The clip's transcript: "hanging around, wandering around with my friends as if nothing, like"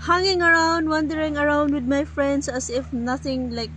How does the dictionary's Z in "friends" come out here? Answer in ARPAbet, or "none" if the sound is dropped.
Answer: S